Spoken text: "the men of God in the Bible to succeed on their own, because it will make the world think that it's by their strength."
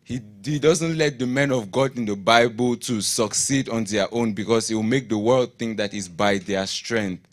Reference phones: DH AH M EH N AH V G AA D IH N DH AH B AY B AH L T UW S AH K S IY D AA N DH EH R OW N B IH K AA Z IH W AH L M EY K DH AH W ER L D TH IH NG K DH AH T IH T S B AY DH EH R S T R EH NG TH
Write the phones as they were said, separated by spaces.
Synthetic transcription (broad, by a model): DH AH M EH N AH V G AA D IH N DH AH B AY B AH L T UW S AH K S IY D AA N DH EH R OW N B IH K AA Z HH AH W M EY K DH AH W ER L D TH IH NG K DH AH T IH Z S B AY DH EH S T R EH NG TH